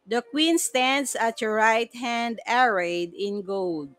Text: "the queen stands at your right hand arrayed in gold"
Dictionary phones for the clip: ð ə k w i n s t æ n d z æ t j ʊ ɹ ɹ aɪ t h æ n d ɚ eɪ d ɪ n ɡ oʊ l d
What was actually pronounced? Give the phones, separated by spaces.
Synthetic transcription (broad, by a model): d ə k w i n s t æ n d s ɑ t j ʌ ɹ ɹ aɪ t h æ n d ɚ eɪ d ɪ n ɡ oʊ l d